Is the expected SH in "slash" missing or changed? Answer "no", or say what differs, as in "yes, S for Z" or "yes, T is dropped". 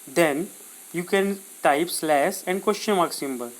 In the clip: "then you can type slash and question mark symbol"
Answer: yes, S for SH